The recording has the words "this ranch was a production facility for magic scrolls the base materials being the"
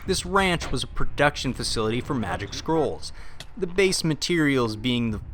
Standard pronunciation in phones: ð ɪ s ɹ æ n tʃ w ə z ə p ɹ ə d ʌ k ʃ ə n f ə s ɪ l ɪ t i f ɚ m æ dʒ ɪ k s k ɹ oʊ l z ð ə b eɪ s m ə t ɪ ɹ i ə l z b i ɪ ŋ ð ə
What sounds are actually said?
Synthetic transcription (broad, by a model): ð ɪ s ɹ æ n tʃ w ə z ə p ɹ ə d ʌ k ʃ ə n f ə s ɪ l ɪ t i f ɚ m æ dʒ ɪ k s k ɹ oʊ l z ð ə b eɪ s m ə t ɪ ɹ i l z b i ɪ ŋ ð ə